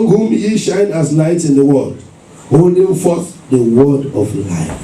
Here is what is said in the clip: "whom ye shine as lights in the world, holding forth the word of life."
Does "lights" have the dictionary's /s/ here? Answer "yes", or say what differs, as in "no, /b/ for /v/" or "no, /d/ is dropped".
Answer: no, /s/ is dropped